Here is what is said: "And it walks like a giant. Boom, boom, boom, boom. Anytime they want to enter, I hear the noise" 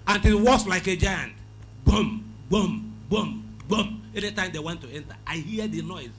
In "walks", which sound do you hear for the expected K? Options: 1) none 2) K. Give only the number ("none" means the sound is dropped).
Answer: 1